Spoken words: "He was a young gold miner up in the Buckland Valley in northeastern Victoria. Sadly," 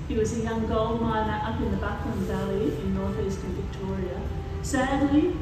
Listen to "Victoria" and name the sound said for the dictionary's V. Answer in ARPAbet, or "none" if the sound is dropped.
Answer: V